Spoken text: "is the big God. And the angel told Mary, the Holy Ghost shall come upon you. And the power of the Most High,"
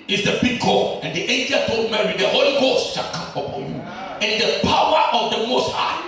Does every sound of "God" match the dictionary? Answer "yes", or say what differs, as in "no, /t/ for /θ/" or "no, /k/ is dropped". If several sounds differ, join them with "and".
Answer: no, /d/ is dropped